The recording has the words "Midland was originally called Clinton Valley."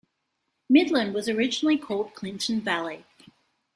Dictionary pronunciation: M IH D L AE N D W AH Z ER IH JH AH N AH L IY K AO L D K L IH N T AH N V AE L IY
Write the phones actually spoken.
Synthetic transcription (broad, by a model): M IH D L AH N D W AH Z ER IH JH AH N L IY K AO L D K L IH N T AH N V AE L IY